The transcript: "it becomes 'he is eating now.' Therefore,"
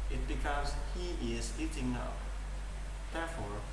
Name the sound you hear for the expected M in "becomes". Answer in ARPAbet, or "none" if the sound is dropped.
none